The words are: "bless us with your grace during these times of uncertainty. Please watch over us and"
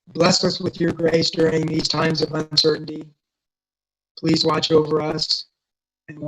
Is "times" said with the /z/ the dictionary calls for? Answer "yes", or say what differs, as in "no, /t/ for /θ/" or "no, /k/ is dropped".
yes